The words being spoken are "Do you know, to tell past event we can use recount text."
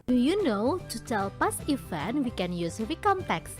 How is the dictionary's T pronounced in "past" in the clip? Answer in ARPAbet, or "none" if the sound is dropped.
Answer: none